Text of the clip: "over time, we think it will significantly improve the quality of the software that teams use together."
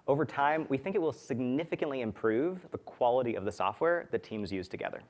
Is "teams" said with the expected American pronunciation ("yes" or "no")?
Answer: yes